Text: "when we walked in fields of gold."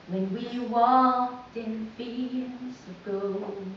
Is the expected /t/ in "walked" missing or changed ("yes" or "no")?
no